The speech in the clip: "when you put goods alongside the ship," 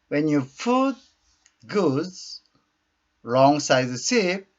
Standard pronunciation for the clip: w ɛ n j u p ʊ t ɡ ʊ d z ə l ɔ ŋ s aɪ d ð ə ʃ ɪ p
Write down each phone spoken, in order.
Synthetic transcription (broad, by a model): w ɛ n j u f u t ɡ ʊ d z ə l ɔ ŋ s aɪ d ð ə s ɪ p